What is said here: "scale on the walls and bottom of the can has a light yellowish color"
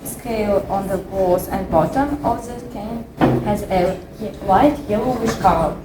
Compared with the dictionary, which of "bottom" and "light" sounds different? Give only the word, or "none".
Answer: light